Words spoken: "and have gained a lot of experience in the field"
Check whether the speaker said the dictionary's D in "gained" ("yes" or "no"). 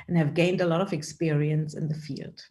yes